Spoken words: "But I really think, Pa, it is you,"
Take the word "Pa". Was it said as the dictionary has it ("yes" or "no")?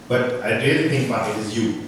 no